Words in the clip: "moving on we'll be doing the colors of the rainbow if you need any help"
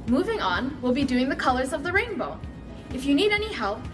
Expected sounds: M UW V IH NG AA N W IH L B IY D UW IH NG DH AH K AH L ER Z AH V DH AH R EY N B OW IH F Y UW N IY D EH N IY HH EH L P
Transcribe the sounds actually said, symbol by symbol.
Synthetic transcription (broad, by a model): M UW V IH NG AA N W IH L B IY D UW IH NG DH AH K AH L ER Z AH V DH AH R EY N B OW IH F Y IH N IY D EH N IY HH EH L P